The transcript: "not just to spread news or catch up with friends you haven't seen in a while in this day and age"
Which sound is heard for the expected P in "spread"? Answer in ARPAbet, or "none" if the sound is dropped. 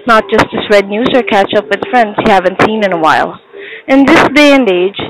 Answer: none